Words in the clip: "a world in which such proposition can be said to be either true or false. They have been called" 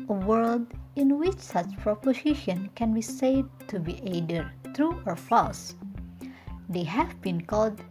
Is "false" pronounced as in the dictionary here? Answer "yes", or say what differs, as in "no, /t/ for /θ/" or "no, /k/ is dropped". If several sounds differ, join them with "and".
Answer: no, /l/ is dropped